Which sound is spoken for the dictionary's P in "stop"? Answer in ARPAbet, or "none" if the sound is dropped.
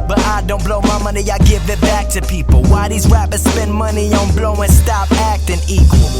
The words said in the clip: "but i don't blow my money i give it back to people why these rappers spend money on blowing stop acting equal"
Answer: P